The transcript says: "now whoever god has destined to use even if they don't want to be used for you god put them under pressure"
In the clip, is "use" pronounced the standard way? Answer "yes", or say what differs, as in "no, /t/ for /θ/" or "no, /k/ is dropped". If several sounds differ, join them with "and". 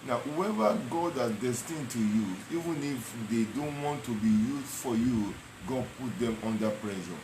no, /s/ is dropped